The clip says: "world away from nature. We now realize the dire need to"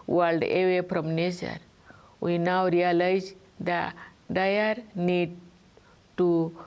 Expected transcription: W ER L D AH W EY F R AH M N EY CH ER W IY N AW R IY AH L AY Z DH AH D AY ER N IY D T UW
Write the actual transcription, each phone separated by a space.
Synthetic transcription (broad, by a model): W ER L D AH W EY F R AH M N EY S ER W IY N AW R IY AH L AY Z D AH D AY ER N IY D T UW